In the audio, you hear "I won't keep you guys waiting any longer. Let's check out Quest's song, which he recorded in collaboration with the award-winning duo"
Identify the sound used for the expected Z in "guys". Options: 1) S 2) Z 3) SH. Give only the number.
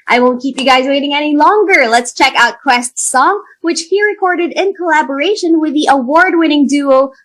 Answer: 2